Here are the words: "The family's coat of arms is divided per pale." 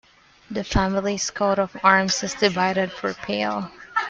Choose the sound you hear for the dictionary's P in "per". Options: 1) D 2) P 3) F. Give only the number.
3